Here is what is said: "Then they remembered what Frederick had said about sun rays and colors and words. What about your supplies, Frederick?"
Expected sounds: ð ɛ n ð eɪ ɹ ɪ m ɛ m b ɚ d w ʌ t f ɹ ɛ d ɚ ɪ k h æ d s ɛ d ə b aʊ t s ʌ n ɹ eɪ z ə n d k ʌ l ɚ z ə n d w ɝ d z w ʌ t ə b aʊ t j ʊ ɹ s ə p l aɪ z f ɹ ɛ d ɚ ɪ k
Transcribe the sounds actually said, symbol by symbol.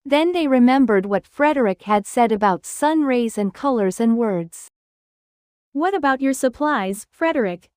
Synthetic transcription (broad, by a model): ð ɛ n ð eɪ ɹ ɪ m ɛ m b ɚ d w ʌ t f ɹ ɛ d ɚ ɪ k h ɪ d s ɛ d ə b aʊ t s ʌ n ɹ eɪ z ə n k ʌ l ɚ z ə n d w ɝ d z w ʌ t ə b aʊ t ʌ ɹ s ə p l aɪ z f ɹ ɛ d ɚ ɪ k